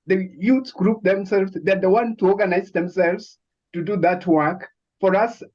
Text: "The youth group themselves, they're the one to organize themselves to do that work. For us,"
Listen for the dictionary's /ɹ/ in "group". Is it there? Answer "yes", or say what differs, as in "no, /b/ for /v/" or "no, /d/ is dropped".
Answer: yes